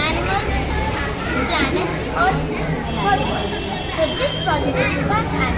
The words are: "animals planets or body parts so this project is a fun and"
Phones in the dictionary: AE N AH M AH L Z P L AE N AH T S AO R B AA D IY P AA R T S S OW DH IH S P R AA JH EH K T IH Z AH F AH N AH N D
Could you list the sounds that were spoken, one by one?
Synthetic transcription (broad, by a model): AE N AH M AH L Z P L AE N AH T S AO R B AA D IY B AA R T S S OW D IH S P R AA JH EH K T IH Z AH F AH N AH